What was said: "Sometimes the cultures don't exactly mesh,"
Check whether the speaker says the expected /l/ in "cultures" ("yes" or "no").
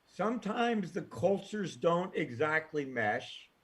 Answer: yes